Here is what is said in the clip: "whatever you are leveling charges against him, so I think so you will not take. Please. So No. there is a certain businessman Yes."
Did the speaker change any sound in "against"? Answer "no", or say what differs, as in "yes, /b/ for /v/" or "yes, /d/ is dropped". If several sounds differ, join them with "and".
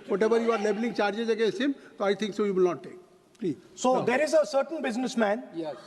yes, /n/ is dropped and /t/ is dropped